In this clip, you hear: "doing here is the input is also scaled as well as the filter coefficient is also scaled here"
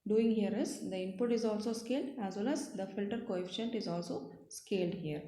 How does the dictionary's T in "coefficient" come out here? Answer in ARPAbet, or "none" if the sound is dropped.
T